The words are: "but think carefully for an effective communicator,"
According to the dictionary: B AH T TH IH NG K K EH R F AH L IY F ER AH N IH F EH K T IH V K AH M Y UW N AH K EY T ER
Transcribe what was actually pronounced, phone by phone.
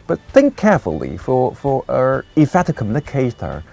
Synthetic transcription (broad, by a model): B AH T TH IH NG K K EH R F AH L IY F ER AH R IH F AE T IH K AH M Y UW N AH K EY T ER